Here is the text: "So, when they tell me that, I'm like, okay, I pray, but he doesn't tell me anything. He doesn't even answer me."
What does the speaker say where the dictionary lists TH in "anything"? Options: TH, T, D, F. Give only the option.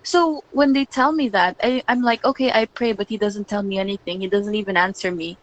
TH